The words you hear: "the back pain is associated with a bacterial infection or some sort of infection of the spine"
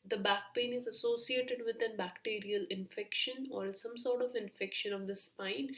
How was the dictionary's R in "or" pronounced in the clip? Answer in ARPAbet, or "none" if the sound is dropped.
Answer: L